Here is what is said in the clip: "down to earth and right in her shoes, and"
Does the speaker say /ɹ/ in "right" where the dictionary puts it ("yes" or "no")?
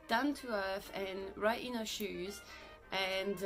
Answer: yes